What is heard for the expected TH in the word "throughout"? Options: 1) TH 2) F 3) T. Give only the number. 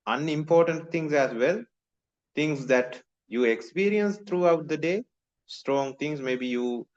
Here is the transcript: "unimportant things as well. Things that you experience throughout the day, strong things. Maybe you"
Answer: 3